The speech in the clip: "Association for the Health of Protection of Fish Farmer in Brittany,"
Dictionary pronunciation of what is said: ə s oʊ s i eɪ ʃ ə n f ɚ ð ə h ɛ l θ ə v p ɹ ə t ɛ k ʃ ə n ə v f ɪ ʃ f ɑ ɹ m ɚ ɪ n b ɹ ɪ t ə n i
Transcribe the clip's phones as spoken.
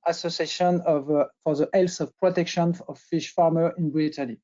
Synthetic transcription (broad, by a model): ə s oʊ s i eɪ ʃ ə n f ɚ ð ə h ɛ l s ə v p ɹ ə t ɛ k ʃ ə n ə v f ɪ ʃ f ɑ ɹ m ɚ ɪ n b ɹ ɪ t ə n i